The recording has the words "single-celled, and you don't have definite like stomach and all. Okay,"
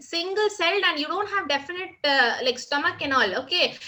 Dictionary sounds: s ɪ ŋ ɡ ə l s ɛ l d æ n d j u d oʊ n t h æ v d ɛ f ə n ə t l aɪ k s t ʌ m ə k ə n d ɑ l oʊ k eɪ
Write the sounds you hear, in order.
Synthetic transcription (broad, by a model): s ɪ ŋ ɡ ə l s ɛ l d æ n d j u d oʊ n t h æ v d ɛ f ə n ə t l aɪ k s t ʌ m ə k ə n ɑ l oʊ k eɪ